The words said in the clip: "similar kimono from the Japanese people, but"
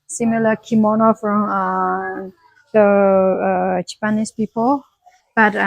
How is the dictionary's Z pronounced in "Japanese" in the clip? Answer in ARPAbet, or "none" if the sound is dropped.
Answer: S